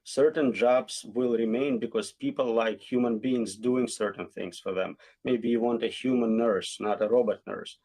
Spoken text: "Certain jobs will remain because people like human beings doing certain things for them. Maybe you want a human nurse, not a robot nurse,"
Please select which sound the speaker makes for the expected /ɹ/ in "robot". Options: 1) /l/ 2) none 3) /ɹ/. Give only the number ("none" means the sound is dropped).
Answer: 3